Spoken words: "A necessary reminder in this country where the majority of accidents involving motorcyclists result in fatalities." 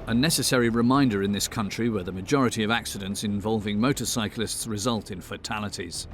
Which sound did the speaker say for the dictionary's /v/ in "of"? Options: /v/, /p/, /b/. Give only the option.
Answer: /v/